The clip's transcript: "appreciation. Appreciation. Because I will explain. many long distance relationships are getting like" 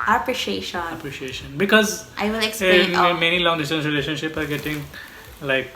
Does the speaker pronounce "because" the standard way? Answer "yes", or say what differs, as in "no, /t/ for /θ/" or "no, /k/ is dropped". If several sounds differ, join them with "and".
yes